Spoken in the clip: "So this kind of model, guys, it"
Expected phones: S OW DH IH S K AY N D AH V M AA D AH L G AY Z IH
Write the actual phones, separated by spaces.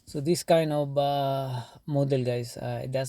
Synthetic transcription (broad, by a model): S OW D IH S K AY N D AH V M AA D AH L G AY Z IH